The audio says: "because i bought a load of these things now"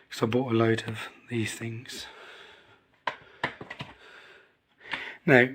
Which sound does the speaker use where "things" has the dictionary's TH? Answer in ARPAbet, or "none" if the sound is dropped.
TH